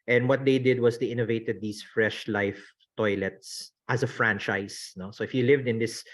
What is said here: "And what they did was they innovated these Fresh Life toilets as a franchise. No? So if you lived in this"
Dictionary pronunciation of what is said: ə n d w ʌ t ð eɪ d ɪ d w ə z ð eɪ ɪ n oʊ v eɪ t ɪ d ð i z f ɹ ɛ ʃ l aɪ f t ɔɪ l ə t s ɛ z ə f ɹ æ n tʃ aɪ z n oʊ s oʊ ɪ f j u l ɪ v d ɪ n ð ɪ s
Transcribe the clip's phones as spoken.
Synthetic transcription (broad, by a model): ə n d w ʌ t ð eɪ d ɪ d w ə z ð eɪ ɪ n oʊ v eɪ t ɪ d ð i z f ɹ ɛ ʃ l aɪ f t ɔɪ l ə t s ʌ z ə f ɹ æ n tʃ aɪ s n oʊ s oʊ ɪ f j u l ɪ v d ɪ n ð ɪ s